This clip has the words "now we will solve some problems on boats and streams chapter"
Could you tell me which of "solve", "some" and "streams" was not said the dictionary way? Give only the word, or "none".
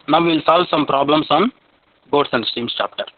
streams